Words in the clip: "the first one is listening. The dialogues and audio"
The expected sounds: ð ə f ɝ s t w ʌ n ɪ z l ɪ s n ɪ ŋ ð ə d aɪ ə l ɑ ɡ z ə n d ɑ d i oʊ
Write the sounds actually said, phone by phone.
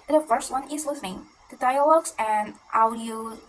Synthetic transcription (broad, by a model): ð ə f ɝ s t w ʌ n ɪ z w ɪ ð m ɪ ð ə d aɪ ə l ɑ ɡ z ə n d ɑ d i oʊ